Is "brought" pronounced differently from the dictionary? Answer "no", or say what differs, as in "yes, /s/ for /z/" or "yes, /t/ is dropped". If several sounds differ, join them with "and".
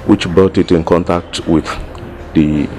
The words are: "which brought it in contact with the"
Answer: yes, /ɹ/ is dropped